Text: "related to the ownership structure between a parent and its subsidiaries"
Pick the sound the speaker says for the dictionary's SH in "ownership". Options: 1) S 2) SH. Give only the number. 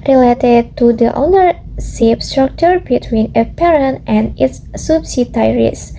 1